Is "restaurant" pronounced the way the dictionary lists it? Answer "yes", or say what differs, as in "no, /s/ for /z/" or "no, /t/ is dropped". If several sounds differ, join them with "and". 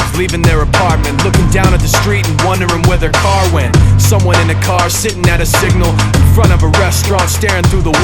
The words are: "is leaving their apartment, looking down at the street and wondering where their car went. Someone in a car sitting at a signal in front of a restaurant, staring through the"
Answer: yes